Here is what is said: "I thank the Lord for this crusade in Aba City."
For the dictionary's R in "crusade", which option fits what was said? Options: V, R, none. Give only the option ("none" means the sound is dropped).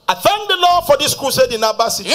none